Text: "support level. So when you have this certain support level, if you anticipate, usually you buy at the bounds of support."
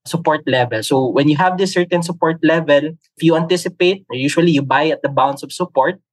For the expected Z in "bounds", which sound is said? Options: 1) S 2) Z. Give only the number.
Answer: 1